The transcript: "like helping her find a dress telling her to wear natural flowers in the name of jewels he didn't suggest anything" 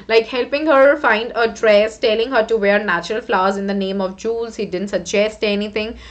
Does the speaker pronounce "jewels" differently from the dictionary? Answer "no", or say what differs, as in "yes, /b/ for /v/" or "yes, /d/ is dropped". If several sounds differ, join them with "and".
no